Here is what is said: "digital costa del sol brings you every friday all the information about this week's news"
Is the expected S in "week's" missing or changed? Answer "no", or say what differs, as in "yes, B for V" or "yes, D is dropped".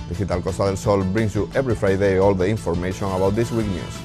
yes, S is dropped